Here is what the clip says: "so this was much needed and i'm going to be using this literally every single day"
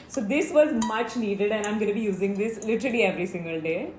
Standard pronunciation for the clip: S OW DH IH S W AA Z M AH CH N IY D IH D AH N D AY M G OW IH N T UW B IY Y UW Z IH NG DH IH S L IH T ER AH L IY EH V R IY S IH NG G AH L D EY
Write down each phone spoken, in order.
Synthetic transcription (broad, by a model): S OW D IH S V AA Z M AH CH N IY D IH D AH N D AY M G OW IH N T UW B IY Y UW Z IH NG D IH S L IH T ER L IY EH V R IY S IH NG G AH L D EY